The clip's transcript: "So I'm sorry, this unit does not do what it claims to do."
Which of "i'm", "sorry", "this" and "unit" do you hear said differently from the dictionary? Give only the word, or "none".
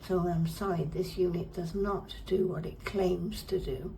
sorry